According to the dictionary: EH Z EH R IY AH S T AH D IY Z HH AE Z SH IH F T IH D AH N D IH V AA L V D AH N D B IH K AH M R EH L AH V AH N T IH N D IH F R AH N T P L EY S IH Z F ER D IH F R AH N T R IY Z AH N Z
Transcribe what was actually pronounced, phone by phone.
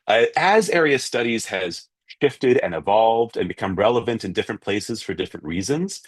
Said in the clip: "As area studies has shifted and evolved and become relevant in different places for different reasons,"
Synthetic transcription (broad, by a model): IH Z EH R IY AH S T AH D IY Z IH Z SH IH F T IH D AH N IH V AA L V D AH N B IH K AH M R EH L AH V AH N T IH N D IH F R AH N P L EY S IH Z F ER D IH F R AH N T R IY Z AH N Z